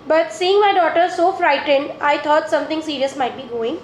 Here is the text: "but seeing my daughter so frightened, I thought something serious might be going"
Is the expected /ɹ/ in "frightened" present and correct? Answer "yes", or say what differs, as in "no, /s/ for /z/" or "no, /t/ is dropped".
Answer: yes